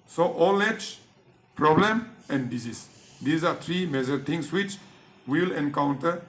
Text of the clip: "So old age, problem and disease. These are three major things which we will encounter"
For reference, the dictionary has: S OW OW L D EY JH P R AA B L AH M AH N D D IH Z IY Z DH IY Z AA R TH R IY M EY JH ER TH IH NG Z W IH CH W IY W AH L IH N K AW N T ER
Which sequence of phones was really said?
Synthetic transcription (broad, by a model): S OW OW L EY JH P R AA B L AH M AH N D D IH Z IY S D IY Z AA R T R IY M EY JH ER T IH NG S W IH CH W IY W L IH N K AW N T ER